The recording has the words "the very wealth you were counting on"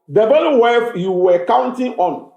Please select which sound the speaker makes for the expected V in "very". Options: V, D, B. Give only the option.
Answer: B